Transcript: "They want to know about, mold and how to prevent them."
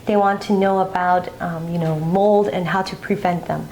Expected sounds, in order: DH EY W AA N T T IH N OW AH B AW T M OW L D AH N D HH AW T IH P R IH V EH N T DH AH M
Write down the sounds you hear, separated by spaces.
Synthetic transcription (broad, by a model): DH EY W AA N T T IH N OW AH B AW T M OW L D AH N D HH AW T IH P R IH V EH N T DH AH M